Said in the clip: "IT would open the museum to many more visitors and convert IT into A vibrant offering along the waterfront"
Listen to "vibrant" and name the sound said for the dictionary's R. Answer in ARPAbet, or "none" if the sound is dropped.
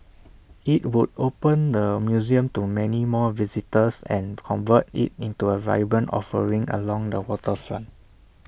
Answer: none